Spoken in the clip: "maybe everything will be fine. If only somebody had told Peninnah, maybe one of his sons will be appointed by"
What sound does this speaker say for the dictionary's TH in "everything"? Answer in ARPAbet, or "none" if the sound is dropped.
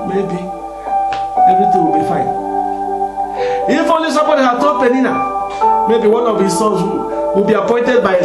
T